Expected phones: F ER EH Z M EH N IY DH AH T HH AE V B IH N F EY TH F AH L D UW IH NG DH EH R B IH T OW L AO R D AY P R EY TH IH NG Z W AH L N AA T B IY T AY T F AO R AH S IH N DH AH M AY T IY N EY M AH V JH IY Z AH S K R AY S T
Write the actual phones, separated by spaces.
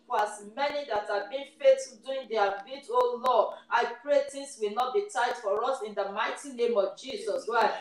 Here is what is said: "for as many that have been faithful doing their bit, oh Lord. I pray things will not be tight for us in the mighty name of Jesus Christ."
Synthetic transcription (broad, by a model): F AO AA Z M EH N IY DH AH T HH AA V B IH N F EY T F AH D UW IH NG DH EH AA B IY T OW L AO AY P R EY T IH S W AH L N AA T B IY T AY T F AO R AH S IH N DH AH M AY T IY N EY M AH V JH IY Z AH S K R AY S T